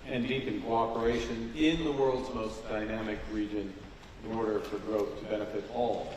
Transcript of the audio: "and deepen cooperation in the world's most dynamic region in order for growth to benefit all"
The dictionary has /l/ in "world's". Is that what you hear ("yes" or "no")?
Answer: yes